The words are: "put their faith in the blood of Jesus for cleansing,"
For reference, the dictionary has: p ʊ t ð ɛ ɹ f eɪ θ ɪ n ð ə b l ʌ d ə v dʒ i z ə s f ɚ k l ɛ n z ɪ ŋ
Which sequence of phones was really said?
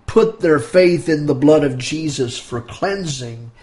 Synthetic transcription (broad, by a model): p ʊ t ð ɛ ɹ f eɪ θ ɪ n ð ə b l ʌ d ə v dʒ i z ə s f ɚ k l ɛ n z ɪ ŋ